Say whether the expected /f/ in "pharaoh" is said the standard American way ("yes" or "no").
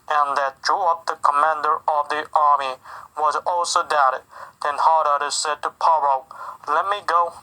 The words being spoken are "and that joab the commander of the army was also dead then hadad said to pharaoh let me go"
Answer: no